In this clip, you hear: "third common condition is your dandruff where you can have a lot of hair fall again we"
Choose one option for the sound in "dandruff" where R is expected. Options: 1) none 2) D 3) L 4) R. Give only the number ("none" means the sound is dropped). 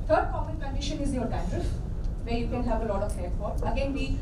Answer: 1